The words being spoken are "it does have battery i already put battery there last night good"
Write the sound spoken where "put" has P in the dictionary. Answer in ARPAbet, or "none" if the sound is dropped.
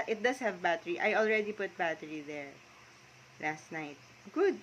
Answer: P